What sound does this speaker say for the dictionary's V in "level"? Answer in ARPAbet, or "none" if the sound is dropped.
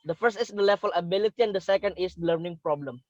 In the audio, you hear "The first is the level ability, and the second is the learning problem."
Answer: F